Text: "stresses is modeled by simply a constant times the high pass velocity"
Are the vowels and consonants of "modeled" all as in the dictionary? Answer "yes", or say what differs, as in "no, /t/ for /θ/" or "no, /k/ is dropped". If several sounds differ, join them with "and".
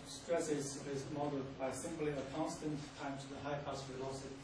no, /l/ is dropped